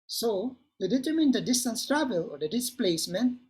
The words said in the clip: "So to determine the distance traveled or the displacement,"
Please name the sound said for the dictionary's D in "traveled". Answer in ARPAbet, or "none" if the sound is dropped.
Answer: none